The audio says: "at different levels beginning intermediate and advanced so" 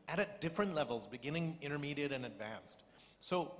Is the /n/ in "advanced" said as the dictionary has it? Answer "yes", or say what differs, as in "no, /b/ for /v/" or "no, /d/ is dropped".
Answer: yes